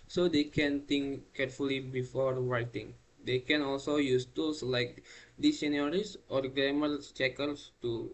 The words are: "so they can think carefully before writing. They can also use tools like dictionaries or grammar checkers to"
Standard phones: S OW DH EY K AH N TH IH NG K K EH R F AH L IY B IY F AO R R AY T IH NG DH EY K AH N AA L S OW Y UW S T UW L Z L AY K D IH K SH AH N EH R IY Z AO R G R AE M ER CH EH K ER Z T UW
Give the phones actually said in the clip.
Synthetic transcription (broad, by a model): S OW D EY K AH N T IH NG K K EH R F AH L IY B IY F AO R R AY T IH NG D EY K AH N AA L S OW Y UW S T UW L S L AY K D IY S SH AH N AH R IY S AO R G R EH M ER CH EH K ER S T UW